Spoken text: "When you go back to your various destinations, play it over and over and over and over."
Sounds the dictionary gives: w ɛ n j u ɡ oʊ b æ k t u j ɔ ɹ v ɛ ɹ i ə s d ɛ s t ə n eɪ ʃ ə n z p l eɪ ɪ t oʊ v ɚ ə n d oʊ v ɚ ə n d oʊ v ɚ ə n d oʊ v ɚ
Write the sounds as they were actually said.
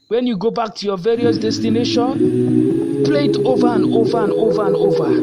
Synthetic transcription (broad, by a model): w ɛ n j u ɡ oʊ b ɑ k t u j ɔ v ɛ ɹ i ə s d ɛ s t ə n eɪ ʃ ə n p l eɪ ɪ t oʊ v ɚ ə n d oʊ v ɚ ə n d oʊ v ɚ ə n d oʊ v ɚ